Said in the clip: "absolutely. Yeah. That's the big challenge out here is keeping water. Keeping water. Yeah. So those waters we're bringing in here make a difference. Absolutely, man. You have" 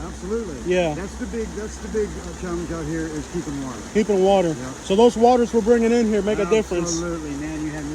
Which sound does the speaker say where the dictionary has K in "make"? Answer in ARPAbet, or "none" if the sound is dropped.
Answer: K